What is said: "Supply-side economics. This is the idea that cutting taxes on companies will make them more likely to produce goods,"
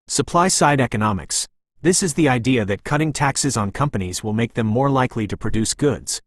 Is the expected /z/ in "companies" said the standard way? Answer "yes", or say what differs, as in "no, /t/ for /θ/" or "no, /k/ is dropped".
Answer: yes